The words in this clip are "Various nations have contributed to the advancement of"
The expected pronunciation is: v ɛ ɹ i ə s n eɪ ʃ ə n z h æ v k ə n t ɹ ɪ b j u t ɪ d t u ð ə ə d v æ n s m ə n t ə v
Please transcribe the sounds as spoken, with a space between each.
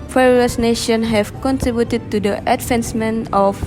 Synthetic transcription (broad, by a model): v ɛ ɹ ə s n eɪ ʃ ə n h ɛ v k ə n t ɹ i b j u t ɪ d t u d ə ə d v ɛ n s m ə n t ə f